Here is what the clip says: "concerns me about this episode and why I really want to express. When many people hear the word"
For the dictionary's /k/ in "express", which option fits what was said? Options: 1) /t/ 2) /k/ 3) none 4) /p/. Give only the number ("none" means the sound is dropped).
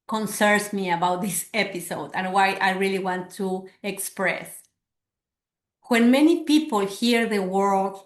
2